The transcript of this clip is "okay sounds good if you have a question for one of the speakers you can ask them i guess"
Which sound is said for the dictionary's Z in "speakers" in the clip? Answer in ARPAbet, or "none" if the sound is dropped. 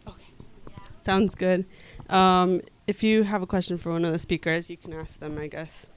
Z